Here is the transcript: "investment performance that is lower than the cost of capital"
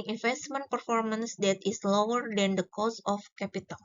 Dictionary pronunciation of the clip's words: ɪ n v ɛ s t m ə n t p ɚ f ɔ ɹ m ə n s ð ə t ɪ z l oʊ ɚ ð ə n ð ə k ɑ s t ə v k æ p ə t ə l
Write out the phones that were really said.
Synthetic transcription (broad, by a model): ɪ n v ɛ s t m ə n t p ɚ f ɔ ɹ m ə n s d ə t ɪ s l oʊ ɚ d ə n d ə k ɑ s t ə f k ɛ p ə t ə l